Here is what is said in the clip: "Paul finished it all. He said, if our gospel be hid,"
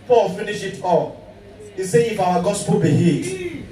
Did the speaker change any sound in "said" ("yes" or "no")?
yes